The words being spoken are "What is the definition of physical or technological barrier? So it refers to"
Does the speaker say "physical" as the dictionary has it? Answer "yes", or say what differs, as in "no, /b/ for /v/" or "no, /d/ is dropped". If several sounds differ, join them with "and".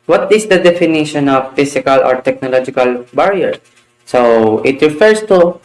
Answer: no, /s/ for /z/